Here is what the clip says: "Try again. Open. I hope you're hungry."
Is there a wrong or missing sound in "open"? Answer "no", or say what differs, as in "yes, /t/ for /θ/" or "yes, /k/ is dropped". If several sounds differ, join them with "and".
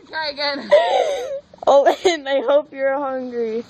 yes, /p/ is dropped